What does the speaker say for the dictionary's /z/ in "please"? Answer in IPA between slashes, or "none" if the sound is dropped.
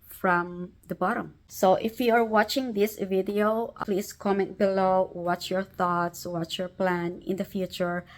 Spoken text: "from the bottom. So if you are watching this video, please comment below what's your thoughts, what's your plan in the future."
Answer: /s/